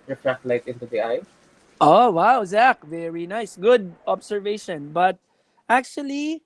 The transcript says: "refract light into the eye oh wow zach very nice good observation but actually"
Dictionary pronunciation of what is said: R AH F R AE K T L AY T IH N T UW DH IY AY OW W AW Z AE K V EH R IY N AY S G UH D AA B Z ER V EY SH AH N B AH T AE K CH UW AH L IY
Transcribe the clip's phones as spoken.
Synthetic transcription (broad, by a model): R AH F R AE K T L AY T IH N T UW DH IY AY OW W AW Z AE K V EH R IY N AY S G UH D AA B S ER V EY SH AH N B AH T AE K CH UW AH L IY